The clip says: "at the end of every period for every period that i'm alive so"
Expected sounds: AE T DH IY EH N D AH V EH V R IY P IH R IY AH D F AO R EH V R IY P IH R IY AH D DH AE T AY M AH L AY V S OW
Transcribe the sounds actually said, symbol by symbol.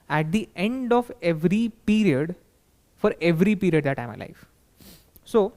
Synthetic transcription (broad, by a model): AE T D IY EH N D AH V EH V R IY P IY R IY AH D F AO R EH V R IY P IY R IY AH D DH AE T AY M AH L AY F S OW